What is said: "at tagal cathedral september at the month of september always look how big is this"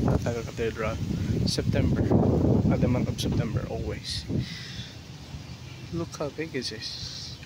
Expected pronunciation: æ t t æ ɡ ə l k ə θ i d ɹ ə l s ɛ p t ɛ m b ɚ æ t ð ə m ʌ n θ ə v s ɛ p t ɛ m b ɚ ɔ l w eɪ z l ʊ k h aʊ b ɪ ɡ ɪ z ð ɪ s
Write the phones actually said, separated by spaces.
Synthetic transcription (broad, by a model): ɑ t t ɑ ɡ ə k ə t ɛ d ɹ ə s ɛ p t ɛ m b ɚ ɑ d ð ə m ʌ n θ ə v s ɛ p t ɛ m b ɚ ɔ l w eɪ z l ʊ k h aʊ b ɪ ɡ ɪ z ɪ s